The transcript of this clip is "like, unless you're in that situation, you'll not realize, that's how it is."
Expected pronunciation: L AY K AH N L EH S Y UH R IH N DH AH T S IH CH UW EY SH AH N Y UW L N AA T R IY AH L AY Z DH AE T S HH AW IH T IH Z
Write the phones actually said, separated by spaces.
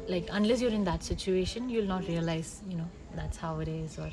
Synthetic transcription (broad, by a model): L AY K AH N L EH S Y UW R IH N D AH T S IH CH UW EY SH AH N Y UW L N AA T R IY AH L AY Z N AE T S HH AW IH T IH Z